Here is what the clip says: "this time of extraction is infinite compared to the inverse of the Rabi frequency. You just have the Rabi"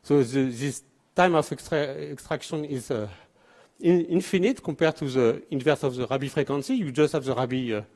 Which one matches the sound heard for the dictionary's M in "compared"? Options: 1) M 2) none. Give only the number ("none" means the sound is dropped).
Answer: 2